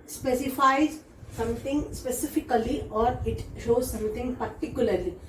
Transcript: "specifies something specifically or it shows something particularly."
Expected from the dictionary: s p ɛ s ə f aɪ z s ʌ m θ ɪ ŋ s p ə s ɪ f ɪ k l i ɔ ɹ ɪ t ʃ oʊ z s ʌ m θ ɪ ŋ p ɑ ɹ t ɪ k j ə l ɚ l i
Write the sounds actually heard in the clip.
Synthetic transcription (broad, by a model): s p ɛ s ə f aɪ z s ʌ m t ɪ ŋ s p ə s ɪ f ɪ k l i ɔ ɹ ɪ t ʃ oʊ z s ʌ m t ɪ ŋ p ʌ ɹ t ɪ k j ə l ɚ l i